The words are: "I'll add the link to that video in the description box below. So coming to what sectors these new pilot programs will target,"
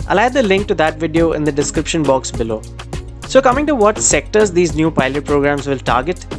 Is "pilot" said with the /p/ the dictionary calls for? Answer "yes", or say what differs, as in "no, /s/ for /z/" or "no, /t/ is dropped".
yes